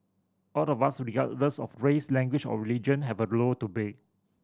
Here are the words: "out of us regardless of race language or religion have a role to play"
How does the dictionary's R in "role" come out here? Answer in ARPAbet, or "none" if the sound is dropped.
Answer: L